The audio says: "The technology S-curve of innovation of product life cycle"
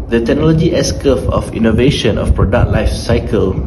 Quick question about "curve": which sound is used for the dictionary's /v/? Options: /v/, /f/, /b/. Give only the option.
/f/